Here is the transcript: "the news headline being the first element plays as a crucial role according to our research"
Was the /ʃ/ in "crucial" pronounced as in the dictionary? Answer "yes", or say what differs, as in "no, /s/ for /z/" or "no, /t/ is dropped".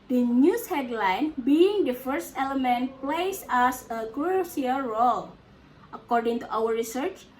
no, /ʃ/ is dropped